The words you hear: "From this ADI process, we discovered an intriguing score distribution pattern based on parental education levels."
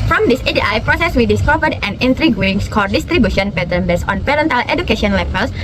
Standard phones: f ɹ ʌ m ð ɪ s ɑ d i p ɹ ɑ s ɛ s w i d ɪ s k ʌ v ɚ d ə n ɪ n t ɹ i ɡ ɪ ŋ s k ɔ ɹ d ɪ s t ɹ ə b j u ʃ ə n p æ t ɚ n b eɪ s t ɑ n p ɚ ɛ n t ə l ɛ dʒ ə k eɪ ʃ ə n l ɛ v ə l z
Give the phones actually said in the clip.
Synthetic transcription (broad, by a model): f ɹ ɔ m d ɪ s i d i p ɹ ɑ s ɛ s w i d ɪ s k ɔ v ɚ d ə n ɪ n t ɹ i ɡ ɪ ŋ s k ɔ ɹ d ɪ s t ɹ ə b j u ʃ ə n p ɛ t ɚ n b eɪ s ɑ n p ɚ ɛ n t ə l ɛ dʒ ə k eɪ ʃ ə n l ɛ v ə l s